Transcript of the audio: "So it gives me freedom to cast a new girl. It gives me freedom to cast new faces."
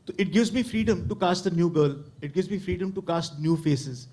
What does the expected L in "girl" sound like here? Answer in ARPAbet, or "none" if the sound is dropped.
L